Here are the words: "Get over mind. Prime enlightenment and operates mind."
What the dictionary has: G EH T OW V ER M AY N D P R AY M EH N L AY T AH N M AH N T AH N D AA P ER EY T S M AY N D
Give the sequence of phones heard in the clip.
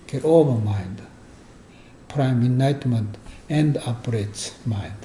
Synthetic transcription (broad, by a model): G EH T OW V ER M AY N D P R AY M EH N AY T M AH N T AH N D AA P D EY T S M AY N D